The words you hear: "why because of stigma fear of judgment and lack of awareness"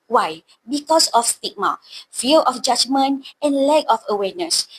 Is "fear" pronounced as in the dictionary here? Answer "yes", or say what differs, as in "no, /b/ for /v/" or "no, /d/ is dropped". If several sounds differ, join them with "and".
no, /l/ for /ɹ/